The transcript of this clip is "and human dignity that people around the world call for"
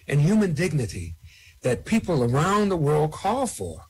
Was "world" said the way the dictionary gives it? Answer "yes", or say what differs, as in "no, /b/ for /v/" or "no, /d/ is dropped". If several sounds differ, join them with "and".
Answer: yes